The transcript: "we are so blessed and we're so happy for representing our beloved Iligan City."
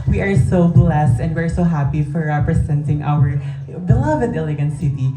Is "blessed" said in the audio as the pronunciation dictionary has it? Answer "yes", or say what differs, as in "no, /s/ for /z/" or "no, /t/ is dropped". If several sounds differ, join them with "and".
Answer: yes